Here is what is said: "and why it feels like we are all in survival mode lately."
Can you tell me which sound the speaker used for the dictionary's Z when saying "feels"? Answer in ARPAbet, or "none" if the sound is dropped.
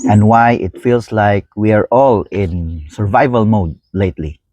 S